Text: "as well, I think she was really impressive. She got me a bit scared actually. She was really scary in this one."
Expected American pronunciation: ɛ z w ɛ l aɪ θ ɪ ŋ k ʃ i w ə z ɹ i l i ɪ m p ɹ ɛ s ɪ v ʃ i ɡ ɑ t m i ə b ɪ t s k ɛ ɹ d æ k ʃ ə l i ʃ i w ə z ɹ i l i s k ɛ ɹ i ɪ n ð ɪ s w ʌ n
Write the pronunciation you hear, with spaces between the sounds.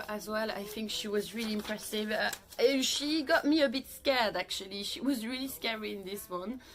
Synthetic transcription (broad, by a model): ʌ z w ɛ l aɪ θ ɪ ŋ k ʃ i w ə z ɹ i l i ɪ m p ɹ ɛ s ɪ v ʃ i ɡ ɑ t m i ə b ɪ t s k ɛ ɹ d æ k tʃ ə l i ʃ i w ə z ɹ i l i s k ɛ ɹ i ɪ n ð ɪ s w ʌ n